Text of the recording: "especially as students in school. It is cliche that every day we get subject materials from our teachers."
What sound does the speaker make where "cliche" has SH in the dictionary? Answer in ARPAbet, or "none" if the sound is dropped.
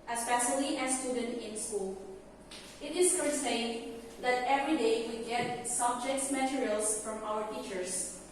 S